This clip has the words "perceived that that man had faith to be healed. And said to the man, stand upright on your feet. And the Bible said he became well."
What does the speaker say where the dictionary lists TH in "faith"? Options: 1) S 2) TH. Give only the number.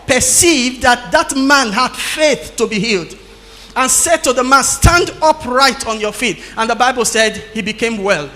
2